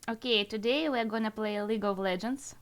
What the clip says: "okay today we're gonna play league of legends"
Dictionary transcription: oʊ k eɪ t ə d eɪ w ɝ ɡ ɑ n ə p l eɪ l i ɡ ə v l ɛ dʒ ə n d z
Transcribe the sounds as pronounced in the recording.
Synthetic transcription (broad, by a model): oʊ k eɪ t ə d eɪ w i ɡ ɑ n ə p l eɪ l i ɡ ə v l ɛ dʒ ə n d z